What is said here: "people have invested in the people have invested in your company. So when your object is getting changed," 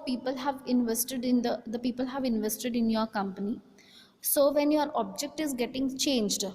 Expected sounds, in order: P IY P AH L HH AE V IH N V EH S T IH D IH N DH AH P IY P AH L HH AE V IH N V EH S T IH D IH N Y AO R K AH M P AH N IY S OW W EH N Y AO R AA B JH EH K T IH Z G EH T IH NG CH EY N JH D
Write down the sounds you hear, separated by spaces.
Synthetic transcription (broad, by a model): P IY P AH L HH AE V IH N V EH S T IH D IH N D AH P IY P AH L HH AE V IH N V EH S T IH D IH N Y AO R K AH M P AH N IY S OW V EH N Y AO R AA B JH EH K T IH Z G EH T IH NG CH EY N JH D